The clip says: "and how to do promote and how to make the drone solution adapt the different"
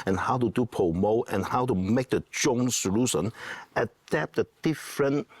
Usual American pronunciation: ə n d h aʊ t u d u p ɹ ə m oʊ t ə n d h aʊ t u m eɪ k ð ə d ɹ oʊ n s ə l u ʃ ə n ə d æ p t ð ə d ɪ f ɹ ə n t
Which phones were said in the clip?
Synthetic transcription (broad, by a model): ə n h aʊ t u d u p ə m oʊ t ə n h aʊ t u m eɪ k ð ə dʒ oʊ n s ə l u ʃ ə n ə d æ p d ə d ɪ f ɹ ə n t